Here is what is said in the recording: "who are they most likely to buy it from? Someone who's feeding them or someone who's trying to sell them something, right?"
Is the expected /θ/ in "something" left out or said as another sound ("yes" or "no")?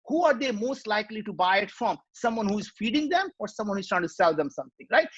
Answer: yes